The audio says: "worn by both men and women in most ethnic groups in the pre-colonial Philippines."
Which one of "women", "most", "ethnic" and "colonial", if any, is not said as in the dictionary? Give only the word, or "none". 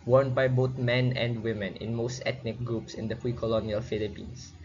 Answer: ethnic